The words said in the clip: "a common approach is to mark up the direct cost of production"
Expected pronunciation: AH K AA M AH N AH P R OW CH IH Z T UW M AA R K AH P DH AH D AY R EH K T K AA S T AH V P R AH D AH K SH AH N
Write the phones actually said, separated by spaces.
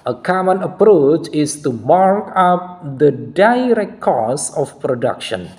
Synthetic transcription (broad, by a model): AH K AA M AH N AH P R OW CH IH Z T UW M AA R K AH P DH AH D AY R EH K T K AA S AH F P R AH D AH K SH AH N